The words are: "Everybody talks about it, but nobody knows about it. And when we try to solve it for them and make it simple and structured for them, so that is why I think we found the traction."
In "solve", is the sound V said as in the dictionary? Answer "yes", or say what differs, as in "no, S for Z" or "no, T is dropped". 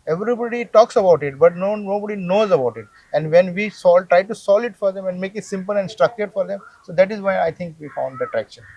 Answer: no, V is dropped